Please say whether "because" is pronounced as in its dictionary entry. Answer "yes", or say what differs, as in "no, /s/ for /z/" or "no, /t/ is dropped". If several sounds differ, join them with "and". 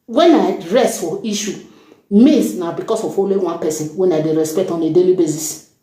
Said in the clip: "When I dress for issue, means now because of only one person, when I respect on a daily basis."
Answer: no, /s/ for /z/